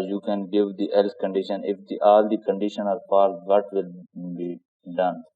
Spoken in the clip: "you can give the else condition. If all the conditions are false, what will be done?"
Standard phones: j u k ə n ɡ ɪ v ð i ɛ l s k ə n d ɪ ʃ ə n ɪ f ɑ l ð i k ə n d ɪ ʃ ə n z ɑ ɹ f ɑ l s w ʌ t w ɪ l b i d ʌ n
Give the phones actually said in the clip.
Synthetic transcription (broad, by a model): j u k ə n ɡ ɪ v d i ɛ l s k ə n d ɪ ʃ ə n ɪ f ɑ l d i k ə n d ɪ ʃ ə n ɑ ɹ p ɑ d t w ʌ t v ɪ l b i d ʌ n